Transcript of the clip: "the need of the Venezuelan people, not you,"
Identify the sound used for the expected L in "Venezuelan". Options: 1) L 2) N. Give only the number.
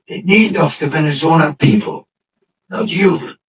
2